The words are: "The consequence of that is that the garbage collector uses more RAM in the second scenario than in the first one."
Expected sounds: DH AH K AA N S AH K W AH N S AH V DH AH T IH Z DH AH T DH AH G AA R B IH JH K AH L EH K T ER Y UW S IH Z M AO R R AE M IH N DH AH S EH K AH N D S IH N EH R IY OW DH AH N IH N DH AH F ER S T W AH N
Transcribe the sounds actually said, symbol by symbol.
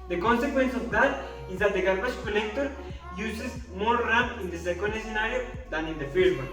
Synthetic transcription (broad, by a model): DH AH K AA N S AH K W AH N S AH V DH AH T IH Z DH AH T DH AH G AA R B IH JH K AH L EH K T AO Y UW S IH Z M AO R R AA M IH N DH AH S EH K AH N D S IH N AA R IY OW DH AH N IH N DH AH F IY T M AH